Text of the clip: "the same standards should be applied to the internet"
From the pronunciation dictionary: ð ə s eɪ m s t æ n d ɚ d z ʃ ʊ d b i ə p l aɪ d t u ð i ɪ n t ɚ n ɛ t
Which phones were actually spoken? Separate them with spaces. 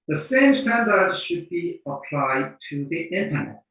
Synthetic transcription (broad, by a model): ð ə s eɪ m s t æ n d ɚ d z ʃ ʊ d b i ə p l aɪ d t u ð i ɪ n t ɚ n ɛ t